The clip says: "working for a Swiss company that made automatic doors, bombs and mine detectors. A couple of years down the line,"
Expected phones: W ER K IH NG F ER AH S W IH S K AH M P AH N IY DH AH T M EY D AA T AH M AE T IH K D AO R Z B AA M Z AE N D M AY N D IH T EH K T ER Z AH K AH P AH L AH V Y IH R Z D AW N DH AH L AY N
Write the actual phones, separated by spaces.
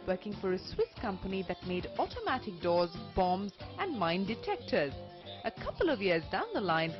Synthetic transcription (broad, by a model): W ER K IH NG F ER AH S W IH S K AH M P AH N IY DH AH T M EY D AA T AH M AE T IH K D AO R Z B AA M Z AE N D M AY N D IH T EH K T ER Z AH K AH P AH L AH V Y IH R Z D AW N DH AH L AY N